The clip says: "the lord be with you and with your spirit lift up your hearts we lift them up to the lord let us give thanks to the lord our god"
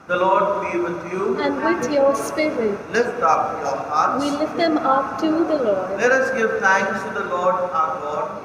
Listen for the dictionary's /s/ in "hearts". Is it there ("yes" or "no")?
no